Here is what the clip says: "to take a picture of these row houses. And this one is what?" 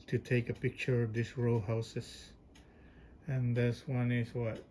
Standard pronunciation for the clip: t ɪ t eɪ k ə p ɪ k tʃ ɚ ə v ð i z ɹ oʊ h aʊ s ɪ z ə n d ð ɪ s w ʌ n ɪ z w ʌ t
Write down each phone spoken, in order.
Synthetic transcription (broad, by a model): t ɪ t eɪ k ə p ɪ k tʃ ɚ ə v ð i s ɹ oʊ h aʊ s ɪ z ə n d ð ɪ s w ʌ n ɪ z w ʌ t